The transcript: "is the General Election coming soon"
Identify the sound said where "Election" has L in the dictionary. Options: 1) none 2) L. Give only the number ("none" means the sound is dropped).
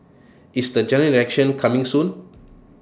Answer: 1